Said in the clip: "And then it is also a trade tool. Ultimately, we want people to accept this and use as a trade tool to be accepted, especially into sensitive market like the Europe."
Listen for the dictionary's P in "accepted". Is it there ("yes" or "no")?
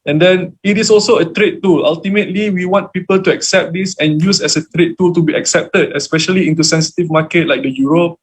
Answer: yes